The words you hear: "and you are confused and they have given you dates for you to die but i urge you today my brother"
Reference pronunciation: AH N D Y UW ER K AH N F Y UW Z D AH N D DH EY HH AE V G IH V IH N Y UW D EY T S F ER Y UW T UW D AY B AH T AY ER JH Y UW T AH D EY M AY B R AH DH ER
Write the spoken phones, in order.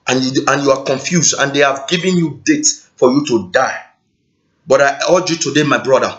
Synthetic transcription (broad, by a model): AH N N Y UW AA K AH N F Y UW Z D AH N D EY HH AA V G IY V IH N Y UW D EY T F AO Y UW T UW D AY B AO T AY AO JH Y UW T AH D EY M AY B R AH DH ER